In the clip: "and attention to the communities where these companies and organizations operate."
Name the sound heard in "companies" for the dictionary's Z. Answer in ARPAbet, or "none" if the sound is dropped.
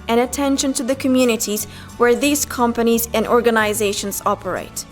Z